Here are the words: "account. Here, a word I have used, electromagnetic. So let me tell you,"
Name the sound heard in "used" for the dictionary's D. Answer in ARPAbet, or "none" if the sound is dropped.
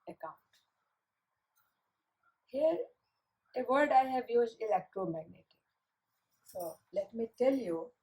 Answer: none